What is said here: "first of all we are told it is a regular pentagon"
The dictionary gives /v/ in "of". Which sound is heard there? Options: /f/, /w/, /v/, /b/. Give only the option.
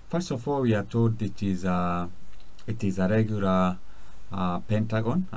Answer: /f/